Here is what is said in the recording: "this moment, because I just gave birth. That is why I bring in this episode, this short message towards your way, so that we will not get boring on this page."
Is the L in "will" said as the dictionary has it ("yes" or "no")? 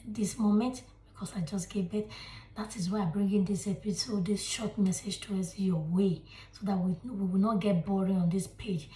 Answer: no